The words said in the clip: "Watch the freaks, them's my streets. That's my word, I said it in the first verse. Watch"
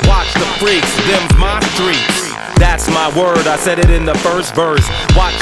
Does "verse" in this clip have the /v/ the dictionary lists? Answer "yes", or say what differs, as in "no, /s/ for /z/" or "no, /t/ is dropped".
yes